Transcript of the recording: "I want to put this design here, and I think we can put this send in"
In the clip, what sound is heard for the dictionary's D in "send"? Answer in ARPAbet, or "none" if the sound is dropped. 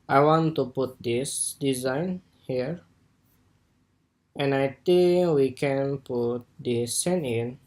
none